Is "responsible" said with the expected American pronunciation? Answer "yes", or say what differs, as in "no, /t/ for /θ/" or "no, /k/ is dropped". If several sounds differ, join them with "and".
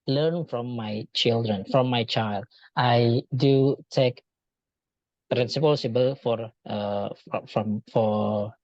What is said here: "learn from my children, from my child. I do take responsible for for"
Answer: no, /n/ is dropped